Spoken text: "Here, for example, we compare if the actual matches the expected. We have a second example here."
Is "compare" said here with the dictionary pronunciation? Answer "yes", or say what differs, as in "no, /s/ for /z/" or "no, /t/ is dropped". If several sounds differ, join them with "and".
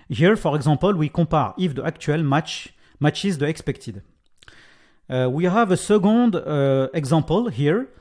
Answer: no, /m/ is dropped